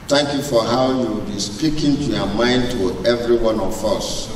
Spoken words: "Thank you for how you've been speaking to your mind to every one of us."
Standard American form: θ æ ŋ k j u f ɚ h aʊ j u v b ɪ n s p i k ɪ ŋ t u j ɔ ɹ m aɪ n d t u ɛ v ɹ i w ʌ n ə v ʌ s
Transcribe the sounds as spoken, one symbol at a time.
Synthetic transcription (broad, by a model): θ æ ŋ k j u f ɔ h aʊ j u w b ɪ s p i k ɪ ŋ t u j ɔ m aɪ n d t u ɛ v ɹ i w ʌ n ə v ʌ s